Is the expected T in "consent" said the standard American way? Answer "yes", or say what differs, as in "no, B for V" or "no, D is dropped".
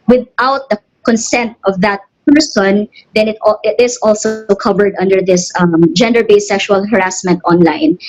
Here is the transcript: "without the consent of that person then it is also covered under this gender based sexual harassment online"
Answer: yes